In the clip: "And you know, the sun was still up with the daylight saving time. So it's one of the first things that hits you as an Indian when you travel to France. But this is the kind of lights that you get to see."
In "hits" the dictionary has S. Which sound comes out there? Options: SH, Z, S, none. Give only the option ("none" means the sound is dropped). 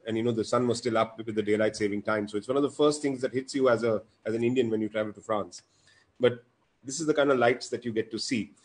S